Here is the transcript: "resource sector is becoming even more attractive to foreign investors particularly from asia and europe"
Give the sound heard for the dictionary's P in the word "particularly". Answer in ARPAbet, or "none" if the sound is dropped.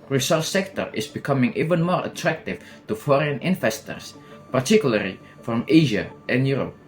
P